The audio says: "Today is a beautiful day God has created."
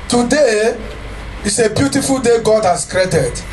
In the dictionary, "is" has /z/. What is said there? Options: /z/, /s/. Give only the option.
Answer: /s/